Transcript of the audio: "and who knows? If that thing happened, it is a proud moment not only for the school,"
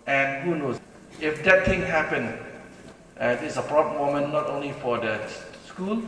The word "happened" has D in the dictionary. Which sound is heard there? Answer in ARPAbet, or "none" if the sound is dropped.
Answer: none